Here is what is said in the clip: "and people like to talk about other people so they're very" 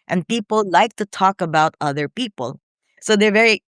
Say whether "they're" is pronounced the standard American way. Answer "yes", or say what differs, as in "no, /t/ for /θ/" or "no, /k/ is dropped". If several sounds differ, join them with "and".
yes